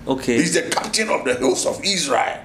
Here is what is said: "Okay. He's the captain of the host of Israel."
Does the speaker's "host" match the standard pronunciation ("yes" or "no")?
no